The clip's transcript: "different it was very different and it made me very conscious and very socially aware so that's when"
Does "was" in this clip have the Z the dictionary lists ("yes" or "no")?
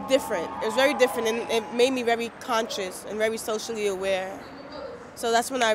yes